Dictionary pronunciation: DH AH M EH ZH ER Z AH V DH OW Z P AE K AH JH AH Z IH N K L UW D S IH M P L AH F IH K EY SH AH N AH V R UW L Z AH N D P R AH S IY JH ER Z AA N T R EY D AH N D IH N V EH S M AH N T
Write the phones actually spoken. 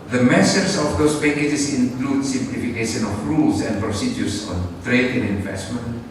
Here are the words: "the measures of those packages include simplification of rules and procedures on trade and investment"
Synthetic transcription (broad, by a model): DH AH M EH S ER S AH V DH OW S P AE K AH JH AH S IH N K L UW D S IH M P L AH F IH K EY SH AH N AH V R UW L S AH N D P R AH S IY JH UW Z AA N T R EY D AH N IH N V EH S M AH N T